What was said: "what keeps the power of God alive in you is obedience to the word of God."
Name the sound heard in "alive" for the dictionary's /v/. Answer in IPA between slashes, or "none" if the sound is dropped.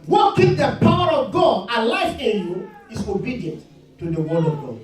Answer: /f/